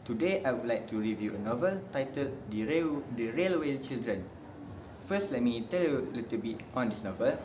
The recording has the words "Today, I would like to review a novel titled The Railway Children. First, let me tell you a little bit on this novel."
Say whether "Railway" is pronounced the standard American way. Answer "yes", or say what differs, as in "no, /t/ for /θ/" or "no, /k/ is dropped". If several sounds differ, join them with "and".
yes